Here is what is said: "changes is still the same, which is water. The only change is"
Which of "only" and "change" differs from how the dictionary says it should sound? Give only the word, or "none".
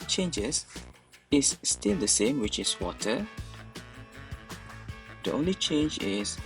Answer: none